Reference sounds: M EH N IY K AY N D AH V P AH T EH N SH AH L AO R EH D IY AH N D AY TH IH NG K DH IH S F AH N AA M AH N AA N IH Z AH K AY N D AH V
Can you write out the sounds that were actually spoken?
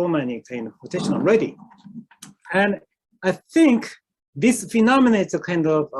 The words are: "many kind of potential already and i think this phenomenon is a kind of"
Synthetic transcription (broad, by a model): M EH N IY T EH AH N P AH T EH SH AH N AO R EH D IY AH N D AY TH IH NG K DH IH S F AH N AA M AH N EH IH S AH K AY N D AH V